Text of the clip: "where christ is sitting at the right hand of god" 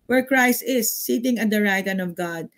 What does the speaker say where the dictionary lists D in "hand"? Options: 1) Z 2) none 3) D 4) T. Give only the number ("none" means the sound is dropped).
2